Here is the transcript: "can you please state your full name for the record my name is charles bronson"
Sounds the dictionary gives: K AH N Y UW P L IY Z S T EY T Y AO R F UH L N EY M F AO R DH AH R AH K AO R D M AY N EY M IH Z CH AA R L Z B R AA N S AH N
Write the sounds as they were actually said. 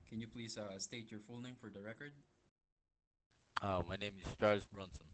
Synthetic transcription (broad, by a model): K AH N Y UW P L IY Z S T EY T Y AO R F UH L N EY M F AO R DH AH R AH K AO R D M AY N EY M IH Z CH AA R Z B R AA N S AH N